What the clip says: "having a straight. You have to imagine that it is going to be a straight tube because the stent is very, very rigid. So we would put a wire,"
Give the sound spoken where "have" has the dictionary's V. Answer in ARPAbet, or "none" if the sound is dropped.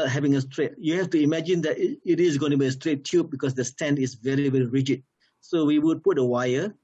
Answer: F